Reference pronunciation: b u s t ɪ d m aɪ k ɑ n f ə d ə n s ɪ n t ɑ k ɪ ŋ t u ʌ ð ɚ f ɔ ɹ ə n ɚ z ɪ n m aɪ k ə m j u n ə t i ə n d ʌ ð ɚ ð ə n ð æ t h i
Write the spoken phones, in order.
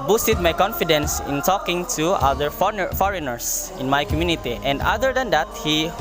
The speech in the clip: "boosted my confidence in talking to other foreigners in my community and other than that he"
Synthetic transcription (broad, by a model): b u s t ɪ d m aɪ k ɑ n f ə d ə n s ɪ n t ɑ k ɪ ŋ t u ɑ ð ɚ f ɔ ɹ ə n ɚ s ɪ n m aɪ k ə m j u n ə t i ə n d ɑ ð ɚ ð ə n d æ t h i